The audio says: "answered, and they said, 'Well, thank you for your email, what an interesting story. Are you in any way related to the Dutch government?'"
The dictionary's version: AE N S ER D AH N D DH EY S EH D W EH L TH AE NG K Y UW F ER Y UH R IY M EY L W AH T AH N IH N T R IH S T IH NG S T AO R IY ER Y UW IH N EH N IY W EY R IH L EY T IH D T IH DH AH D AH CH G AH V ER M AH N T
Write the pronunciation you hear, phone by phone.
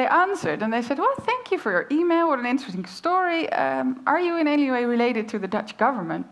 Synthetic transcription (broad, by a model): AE N S ER D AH N DH EY S EH D W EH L TH AE NG K Y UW F ER Y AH R IY M EY L W AH T AH N IH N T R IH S T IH NG S T AO R IY ER Y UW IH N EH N IY W EY R IH L EY T IH D T IH DH AH D AH CH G AH V ER M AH N T